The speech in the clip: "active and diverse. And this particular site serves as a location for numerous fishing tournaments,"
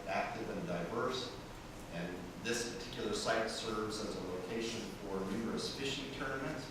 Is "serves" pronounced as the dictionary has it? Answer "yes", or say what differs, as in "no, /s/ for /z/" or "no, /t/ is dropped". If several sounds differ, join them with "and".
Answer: yes